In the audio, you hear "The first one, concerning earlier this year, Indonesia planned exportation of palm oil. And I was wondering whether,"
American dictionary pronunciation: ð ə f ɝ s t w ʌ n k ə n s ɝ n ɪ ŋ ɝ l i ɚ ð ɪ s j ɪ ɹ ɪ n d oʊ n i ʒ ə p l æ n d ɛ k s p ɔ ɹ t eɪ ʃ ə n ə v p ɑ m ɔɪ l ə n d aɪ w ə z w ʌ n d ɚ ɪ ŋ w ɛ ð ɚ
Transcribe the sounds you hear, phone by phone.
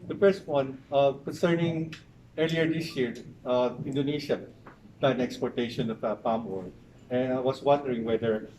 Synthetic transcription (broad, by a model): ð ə f ɝ s t w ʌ n k ə n s ɝ n ɪ ŋ ɝ l i ɚ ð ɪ s j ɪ ɹ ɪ n d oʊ n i ʃ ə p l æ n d ɛ k s p ɔ ɹ t eɪ ʃ ə n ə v p ɑ m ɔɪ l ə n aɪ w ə s w ʌ n d ɚ ɪ ŋ w ɛ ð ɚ